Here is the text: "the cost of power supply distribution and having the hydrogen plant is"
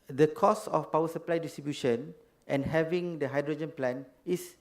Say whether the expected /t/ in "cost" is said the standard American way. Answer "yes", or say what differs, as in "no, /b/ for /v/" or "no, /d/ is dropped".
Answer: no, /t/ is dropped